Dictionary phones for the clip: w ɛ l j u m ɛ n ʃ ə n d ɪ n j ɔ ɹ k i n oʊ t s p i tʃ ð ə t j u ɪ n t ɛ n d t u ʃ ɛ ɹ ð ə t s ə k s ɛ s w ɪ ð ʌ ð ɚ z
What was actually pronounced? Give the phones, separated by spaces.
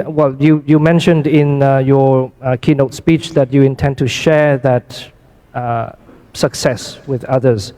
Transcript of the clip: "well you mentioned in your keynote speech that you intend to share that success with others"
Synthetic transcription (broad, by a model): w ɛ l j u m ɛ n ʃ ə n d ɪ n j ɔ k i n oʊ t s p i tʃ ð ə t j u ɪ n t ɛ n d t u ʃ ɛ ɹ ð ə t s ə k s ɛ s w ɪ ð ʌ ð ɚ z